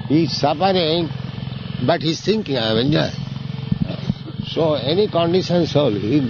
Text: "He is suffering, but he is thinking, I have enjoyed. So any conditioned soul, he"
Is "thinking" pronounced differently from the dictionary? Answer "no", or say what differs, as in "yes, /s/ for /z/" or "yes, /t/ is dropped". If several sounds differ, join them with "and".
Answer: yes, /t/ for /θ/